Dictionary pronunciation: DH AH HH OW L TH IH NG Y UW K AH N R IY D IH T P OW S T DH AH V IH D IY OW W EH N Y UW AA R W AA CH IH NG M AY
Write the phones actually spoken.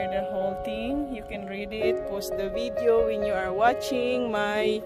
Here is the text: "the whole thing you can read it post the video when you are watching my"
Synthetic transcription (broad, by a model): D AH HH OW L T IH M Y UW K AH N R IY D IH T P OW S T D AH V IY D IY OW W EH N Y UW AA R W AA CH IH NG M AY